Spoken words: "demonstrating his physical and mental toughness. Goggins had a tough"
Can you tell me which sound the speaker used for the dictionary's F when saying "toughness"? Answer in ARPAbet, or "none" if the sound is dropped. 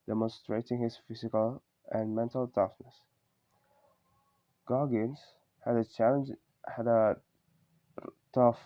F